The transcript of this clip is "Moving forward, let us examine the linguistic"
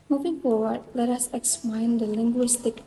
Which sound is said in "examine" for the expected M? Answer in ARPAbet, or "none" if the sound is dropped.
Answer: none